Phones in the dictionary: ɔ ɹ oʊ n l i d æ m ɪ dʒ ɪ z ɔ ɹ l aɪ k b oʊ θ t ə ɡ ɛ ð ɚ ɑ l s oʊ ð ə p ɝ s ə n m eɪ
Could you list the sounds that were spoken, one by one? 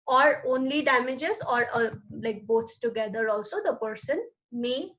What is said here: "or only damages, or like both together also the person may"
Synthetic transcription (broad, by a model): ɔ ɹ oʊ n l i d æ m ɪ dʒ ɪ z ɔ ɹ l aɪ k b oʊ t t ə ɡ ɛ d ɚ ɑ l s oʊ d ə p ɝ s ə n m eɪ